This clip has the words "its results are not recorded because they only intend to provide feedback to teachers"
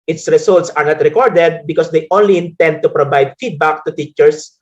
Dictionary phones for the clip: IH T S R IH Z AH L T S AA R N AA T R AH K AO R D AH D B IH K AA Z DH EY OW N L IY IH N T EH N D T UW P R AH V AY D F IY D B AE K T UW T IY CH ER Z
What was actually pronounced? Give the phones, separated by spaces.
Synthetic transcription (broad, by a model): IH T S R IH S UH L T S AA R N AA T R AH K AO R D AH D B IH K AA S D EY OW N L IY IH N T EH N D T UW P R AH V AY D F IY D B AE K T UW T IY CH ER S